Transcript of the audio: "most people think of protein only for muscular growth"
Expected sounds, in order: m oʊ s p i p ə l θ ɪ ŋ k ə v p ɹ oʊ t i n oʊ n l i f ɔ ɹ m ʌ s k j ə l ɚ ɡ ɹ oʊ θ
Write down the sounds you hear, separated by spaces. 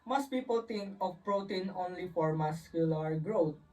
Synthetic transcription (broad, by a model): m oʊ s p i p ə l t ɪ ŋ k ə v p ɹ oʊ t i n oʊ n l i f ɔ ɹ m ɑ s k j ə l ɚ ɡ ɹ oʊ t